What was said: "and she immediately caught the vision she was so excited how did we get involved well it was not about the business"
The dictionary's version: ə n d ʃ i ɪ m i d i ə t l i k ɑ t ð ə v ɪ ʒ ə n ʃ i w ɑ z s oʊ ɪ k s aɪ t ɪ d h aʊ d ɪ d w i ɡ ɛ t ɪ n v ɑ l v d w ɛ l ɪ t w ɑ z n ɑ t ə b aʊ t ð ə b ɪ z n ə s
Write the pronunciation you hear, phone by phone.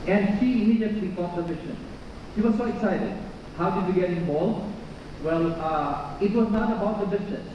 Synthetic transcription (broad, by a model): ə n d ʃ i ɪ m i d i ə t l i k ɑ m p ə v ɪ ʃ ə n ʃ i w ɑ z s oʊ ɪ k s aɪ t ɪ d h aʊ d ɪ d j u ɡ ɛ t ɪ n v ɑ l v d w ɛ l ɪ t w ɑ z n ɑ t ə b aʊ t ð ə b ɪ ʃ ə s